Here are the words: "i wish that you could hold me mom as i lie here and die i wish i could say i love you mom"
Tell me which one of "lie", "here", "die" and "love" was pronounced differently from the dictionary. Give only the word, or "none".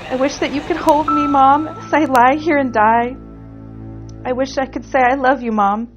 none